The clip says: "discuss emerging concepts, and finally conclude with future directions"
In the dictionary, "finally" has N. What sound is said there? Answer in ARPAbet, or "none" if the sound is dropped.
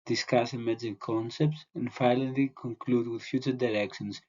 L